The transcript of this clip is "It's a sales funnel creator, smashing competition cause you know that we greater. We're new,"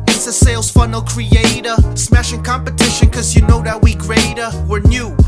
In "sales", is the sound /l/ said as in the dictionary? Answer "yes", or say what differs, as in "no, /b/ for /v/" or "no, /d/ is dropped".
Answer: yes